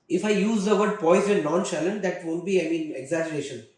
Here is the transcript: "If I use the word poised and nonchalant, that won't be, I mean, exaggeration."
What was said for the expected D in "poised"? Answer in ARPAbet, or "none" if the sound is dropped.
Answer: none